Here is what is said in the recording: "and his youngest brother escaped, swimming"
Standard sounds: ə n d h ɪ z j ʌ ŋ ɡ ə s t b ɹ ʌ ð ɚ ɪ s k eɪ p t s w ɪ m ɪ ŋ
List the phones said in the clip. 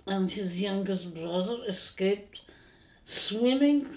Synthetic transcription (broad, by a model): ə n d h ɪ z j ʌ ŋ ɡ ə s t b ɹ ʌ ð ɚ ɪ s k eɪ p t s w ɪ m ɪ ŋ